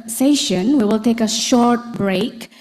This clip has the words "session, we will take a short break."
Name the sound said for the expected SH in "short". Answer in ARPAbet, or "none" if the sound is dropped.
SH